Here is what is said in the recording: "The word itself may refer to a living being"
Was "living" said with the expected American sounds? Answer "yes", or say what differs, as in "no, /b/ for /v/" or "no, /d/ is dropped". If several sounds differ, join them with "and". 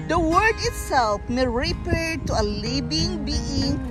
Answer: no, /b/ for /v/